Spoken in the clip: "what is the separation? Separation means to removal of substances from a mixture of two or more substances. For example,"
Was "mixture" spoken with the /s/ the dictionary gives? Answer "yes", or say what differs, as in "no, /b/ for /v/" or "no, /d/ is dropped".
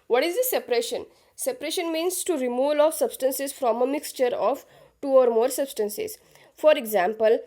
yes